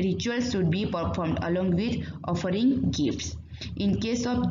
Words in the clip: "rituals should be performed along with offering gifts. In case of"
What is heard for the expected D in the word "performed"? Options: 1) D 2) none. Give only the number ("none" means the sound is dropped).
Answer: 1